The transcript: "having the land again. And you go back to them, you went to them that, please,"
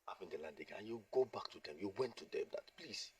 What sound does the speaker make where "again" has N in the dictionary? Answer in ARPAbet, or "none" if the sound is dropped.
none